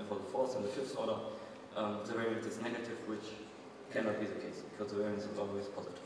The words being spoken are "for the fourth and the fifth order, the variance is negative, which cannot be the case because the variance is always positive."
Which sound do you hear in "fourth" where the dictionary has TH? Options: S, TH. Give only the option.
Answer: S